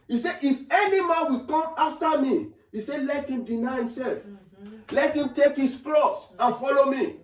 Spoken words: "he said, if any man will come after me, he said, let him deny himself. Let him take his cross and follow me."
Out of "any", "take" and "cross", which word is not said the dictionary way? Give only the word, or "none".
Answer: cross